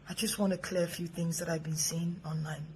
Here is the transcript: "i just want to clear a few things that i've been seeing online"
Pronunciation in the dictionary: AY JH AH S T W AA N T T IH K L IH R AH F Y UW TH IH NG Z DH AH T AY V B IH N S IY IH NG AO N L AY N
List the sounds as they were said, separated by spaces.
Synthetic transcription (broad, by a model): AY JH AH S T W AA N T T IH K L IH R AH F Y UW TH IH NG Z DH AH T AY V B IH N S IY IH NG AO N L AY N